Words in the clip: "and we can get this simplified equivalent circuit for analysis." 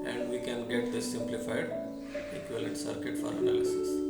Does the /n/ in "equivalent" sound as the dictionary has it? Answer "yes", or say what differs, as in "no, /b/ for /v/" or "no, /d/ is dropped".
no, /n/ is dropped